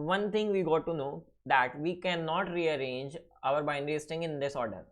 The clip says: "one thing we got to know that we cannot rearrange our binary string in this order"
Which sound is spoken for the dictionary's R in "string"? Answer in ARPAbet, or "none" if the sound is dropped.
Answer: none